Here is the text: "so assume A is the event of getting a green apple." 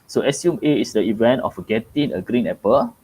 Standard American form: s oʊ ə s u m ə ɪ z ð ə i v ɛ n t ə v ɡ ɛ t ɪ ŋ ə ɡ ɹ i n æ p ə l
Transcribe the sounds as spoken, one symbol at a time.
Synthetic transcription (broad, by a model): s oʊ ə s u m ə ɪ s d ə i v ɛ n t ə f ɡ ɛ t ɪ ŋ ə ɡ ɹ i n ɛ p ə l